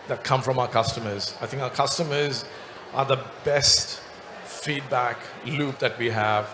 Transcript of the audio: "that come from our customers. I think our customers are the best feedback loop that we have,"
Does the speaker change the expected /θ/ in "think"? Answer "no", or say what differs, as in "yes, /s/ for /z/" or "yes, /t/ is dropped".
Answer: no